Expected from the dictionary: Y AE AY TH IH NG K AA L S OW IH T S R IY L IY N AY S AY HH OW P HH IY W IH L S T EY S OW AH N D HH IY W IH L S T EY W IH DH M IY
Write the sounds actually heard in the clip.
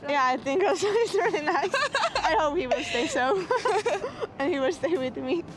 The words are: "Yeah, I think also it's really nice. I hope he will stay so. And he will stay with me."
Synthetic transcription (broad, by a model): Y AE AY TH IH NG K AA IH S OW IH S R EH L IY N AY S AY HH OW P HH IY W IH L S T EY S OW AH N HH IY W IH L S T EY W IH DH M IY